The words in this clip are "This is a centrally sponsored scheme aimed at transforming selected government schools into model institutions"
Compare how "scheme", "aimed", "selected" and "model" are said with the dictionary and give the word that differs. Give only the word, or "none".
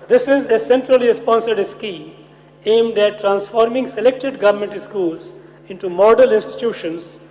none